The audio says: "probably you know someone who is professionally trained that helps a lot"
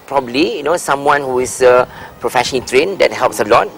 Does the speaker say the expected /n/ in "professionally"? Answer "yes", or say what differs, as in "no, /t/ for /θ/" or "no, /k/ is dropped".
no, /n/ is dropped